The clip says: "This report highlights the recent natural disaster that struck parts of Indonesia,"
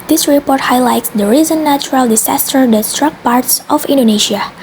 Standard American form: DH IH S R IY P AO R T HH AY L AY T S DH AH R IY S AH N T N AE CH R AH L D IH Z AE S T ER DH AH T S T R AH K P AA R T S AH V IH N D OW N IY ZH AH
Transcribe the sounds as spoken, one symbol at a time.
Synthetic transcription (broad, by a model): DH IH S R IY P AO R T HH AY L AY T S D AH R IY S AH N N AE CH R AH L D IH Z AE S T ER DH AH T S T R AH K P AA R T S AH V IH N D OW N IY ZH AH